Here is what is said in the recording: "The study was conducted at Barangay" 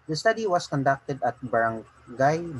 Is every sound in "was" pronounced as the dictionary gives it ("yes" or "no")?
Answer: no